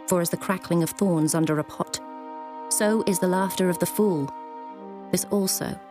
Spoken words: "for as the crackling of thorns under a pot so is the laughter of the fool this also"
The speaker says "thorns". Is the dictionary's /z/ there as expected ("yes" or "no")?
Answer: yes